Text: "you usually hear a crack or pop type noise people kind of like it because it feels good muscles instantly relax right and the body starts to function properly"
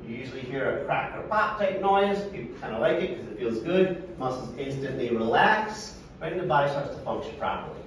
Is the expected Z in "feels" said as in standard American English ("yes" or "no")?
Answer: yes